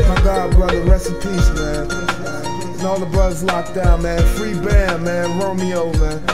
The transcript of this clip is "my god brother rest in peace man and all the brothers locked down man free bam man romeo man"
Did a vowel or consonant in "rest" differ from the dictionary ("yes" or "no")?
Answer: yes